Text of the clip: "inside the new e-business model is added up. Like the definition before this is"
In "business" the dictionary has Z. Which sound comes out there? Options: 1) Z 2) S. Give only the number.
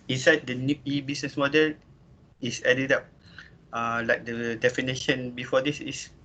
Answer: 2